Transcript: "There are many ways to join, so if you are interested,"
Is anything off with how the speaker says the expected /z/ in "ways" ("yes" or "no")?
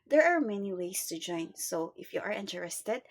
yes